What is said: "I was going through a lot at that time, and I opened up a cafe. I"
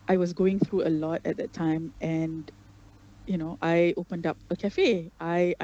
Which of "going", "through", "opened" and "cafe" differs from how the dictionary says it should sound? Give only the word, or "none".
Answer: none